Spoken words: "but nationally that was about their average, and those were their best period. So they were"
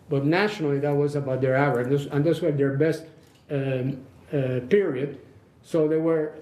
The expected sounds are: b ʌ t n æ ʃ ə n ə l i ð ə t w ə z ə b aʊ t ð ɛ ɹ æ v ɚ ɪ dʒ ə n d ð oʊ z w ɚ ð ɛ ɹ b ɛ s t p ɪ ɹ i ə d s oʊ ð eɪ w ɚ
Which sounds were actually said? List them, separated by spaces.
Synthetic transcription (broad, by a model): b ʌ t n æ ʃ ə n ə l i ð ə t w ə z ə b aʊ t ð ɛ ɹ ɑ w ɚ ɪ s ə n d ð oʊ s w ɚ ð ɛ ɹ b ɛ s t p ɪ ɹ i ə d s oʊ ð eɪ w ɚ